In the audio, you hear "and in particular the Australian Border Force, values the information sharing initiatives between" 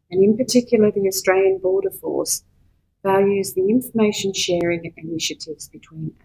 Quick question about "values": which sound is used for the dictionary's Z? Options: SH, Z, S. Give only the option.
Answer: Z